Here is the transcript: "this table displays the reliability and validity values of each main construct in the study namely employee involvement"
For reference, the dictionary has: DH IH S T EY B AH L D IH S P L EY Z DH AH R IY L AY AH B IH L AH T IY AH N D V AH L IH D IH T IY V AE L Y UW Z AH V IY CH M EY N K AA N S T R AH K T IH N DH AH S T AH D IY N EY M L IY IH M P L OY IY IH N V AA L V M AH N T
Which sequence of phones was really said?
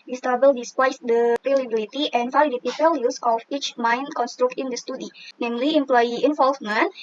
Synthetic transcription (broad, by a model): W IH S T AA B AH L D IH S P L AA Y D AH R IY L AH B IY L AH T IY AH N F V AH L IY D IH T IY P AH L Y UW S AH F IY CH M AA N K AA N S T R AH K T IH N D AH S T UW D IY N EY M L IY IH M P L OY IY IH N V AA L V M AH N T